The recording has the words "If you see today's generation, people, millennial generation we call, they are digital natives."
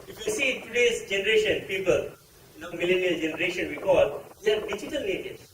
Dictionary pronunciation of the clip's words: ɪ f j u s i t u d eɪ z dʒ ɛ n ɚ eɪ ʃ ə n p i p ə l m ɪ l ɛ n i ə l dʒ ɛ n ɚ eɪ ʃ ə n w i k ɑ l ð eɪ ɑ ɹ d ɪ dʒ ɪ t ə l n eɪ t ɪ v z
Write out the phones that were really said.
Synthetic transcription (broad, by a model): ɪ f j u s i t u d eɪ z dʒ ɛ n ɚ eɪ ʃ ə n p i p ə l m ɪ l ɛ n i ə l dʒ ɛ n ɚ eɪ ʃ ə n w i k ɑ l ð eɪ ɑ ɹ d ɪ dʒ ɪ t ə l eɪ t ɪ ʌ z